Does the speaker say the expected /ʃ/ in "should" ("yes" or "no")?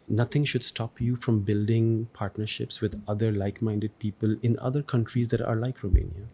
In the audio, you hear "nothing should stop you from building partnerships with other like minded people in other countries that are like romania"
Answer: yes